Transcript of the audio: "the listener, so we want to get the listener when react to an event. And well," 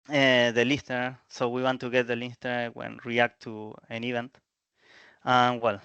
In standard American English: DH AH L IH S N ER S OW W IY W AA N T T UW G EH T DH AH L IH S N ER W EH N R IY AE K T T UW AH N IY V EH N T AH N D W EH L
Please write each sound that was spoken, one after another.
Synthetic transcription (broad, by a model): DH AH L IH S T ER S OW W IY W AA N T T UW G EH T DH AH L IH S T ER W EH N R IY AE K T T UW AH N IY V EH N T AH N W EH L